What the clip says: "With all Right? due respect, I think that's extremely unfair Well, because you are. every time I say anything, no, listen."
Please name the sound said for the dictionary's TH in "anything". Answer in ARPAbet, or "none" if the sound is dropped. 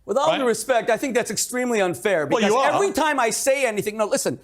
TH